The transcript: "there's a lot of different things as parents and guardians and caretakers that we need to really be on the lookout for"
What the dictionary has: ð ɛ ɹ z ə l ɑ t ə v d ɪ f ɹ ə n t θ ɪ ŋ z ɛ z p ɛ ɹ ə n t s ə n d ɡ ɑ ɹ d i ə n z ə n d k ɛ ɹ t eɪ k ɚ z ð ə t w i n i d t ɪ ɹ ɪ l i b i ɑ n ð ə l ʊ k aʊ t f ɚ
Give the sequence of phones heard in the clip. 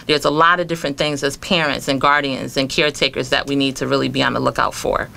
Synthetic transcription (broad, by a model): ð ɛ ɹ z ə l ɑ t ə v d ɪ f ɹ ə n θ ɪ ŋ z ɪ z p ɛ ɹ ə n t s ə n ɡ ɑ ɹ d i ə n z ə n k ɛ ɹ t eɪ k ɚ z ð ə t w i n i d t ɪ ɹ ɪ l i b i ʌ n ð ə l ʊ k aʊ t f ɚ